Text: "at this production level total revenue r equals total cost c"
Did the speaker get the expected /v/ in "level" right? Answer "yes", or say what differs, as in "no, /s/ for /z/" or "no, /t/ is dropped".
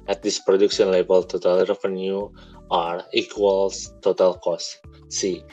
no, /b/ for /v/